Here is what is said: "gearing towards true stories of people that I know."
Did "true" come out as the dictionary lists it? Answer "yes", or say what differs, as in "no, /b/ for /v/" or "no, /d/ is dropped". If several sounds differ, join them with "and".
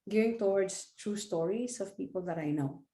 yes